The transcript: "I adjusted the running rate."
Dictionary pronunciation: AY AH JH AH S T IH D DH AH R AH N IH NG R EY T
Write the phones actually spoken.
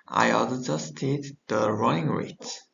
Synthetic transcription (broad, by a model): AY AH JH AH S T IH D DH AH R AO IH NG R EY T